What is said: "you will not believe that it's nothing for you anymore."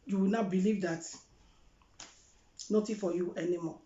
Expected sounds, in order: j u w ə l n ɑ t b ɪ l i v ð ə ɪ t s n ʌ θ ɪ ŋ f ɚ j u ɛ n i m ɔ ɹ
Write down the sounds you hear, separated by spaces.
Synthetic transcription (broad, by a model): j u w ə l n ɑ b ɪ l i v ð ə t n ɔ t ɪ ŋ f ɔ j u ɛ n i m ɔ